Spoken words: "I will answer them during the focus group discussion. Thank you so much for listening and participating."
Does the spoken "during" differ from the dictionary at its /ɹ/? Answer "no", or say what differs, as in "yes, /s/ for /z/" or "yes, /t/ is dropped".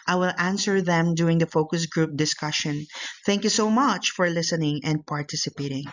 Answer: yes, /ɹ/ is dropped